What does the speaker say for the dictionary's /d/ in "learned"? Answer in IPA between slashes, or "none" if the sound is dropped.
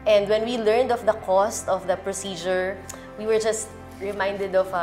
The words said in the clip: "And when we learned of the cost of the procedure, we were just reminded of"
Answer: /d/